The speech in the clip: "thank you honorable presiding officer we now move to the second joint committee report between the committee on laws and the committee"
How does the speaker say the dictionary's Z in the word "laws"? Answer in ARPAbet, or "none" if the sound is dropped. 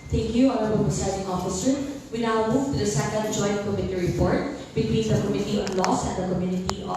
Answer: S